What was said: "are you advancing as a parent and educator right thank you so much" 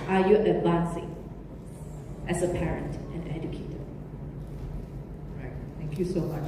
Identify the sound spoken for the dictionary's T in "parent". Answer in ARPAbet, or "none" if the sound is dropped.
T